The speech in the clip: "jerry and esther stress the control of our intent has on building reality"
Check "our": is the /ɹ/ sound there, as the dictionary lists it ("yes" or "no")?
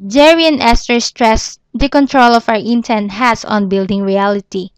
no